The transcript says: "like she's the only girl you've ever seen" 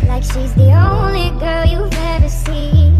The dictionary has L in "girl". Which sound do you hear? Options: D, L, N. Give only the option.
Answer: L